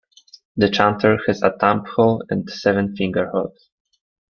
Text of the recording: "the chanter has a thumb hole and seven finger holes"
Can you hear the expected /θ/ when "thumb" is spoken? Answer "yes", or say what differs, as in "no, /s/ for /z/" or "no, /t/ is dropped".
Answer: no, /t/ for /θ/